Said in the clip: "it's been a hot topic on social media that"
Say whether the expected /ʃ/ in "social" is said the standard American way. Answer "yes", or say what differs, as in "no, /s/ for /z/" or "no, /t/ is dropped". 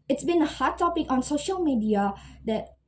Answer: yes